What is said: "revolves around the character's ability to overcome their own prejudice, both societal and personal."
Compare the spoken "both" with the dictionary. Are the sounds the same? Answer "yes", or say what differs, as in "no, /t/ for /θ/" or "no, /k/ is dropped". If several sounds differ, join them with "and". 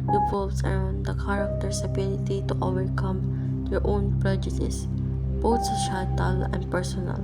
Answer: no, /t/ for /θ/